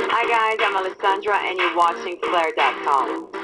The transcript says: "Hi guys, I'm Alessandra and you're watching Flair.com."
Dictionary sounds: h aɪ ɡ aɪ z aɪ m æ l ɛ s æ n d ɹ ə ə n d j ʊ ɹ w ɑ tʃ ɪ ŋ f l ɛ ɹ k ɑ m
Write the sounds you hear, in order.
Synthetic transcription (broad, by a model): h aɪ ɡ aɪ z aɪ m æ l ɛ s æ n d ɹ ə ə n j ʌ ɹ w ɑ tʃ ɪ ŋ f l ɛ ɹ k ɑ m